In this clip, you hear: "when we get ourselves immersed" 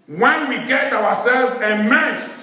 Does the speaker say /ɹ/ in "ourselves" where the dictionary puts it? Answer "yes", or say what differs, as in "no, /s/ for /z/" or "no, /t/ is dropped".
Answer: no, /w/ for /ɹ/